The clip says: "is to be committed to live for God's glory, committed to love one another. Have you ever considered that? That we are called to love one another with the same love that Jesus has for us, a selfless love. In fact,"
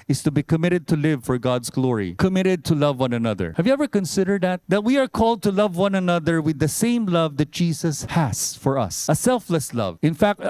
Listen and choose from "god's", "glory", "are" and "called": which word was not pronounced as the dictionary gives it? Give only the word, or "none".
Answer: god's